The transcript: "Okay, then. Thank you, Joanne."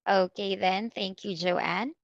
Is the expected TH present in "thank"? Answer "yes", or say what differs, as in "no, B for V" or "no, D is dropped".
yes